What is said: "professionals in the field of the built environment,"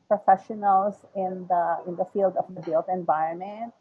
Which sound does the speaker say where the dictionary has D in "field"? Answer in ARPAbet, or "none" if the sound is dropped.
D